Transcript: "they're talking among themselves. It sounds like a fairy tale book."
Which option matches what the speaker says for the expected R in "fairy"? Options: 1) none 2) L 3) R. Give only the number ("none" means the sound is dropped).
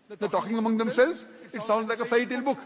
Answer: 1